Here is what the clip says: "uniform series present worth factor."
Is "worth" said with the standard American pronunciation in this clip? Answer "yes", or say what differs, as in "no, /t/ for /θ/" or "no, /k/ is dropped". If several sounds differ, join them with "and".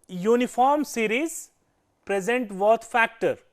no, /t/ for /θ/